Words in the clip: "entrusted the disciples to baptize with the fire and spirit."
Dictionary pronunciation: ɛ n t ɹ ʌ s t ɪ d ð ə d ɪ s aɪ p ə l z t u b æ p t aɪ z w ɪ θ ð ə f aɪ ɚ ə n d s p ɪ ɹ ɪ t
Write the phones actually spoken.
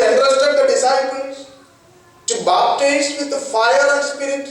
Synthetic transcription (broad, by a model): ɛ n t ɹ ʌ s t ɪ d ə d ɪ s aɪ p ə z t u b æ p t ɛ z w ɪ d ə f aɪ ɚ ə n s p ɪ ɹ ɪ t